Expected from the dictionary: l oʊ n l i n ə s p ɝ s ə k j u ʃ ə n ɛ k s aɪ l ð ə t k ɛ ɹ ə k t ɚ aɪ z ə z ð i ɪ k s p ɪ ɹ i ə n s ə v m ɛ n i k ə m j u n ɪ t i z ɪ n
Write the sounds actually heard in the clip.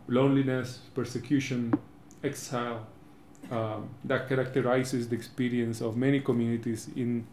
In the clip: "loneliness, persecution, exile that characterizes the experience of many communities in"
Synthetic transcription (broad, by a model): l oʊ n l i n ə s p ɝ s ə k j u ʃ ə n ɛ k s aɪ l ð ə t k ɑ ɹ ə k t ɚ aɪ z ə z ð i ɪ k s p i ɹ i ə n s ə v m ɛ n i k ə m j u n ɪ t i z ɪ n